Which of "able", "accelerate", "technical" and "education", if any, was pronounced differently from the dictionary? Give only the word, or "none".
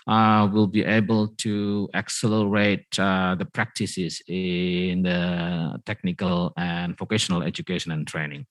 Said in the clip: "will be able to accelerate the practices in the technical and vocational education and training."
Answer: none